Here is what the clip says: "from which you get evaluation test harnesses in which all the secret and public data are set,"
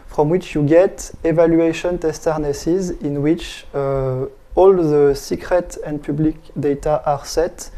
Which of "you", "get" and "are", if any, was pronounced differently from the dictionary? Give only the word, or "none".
none